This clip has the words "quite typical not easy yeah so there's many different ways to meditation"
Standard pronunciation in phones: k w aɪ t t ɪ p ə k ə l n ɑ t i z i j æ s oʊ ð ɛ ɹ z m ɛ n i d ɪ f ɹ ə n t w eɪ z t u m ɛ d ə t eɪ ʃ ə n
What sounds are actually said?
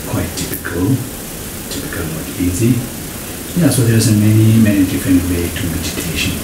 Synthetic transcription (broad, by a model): k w aɪ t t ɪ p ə k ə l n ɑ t i z i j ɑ s oʊ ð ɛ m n m ɛ n i d ɪ f ɹ ə n t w eɪ t u m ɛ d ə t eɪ ʃ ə n